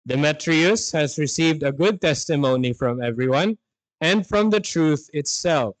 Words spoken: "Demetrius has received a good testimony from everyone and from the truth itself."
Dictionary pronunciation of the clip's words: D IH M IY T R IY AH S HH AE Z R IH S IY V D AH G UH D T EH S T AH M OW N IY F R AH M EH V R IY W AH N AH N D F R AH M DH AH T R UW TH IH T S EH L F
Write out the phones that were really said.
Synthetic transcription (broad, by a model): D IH M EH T R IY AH S HH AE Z R IH S IY V D AH G UH D T EH S T AH M OW N IY F R AH M EH V R IY W AH N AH N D F R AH M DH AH T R UW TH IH T S EH L F